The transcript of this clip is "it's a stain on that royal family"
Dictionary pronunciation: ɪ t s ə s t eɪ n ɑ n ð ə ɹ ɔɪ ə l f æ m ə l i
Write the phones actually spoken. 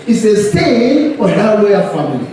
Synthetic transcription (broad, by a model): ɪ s ə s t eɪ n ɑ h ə l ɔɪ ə f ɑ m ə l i